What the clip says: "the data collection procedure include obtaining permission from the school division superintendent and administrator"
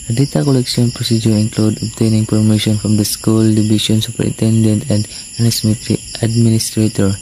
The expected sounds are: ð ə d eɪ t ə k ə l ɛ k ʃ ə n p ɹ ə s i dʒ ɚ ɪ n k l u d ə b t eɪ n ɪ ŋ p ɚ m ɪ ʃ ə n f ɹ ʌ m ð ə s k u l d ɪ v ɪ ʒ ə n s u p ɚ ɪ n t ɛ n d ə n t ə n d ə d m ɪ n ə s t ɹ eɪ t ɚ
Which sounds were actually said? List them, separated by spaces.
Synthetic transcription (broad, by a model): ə d eɪ t ə k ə l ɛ k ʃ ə n p ɹ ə s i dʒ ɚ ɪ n k l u d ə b t eɪ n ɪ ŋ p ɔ m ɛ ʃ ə n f ɹ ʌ m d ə s k u l d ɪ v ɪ ʃ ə n s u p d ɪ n t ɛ n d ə n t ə n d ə d m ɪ n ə s t ɹ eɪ t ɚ